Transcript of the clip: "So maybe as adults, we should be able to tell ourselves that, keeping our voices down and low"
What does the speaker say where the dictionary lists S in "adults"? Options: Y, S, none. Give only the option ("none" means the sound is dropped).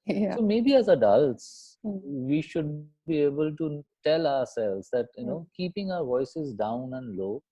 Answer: S